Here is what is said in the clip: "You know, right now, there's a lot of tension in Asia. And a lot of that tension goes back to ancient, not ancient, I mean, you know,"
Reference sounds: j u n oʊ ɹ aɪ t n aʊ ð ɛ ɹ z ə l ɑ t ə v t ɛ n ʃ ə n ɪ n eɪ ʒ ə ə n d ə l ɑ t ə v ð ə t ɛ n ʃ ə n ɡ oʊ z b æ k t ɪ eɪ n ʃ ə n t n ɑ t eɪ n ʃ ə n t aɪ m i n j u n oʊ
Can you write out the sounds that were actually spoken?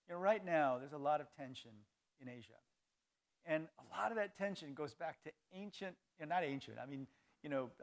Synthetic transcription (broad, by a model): j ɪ n oʊ ɹ aɪ t n aʊ ð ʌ ɹ z ə l ɑ t ə v t ɛ n ʃ ə n ɪ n eɪ ʒ ə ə n ə l ɑ t ə v ð ə t ɛ n ʃ ə n ɡ oʊ z b æ k t ɪ eɪ n ʃ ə n t n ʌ t eɪ n ʃ ə n t aɪ m i n j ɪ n oʊ